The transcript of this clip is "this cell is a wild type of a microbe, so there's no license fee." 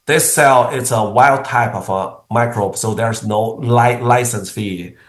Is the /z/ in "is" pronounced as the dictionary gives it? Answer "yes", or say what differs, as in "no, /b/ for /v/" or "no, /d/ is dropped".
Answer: no, /s/ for /z/